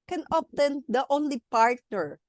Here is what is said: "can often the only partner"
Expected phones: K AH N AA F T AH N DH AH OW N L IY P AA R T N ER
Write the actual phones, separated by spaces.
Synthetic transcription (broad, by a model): K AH N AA P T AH N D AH OW N L IY P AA R T N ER